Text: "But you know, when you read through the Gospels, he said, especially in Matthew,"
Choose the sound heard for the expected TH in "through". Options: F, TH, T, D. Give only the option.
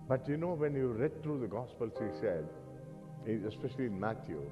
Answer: T